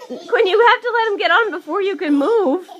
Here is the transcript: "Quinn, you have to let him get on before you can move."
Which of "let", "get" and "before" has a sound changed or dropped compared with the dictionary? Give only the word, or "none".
none